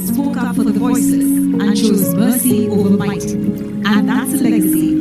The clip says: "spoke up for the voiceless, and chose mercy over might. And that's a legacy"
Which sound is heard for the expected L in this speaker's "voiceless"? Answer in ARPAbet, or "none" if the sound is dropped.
none